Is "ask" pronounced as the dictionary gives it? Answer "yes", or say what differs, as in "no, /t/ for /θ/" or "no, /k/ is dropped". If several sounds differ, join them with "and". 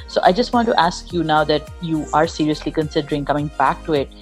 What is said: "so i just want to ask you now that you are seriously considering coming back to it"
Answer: yes